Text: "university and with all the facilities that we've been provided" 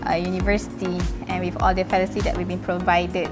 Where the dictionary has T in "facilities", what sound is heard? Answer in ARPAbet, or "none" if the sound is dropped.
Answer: S